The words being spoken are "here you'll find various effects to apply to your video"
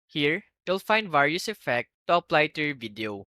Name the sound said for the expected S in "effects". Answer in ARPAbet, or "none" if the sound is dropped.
none